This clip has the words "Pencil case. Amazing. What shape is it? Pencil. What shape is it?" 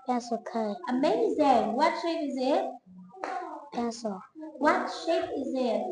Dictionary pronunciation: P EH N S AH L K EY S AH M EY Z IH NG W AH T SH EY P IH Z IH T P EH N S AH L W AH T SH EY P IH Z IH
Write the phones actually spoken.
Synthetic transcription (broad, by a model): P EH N S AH K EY AH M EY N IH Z W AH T SH EY P IH Z IH T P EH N S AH W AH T SH EY P IH Z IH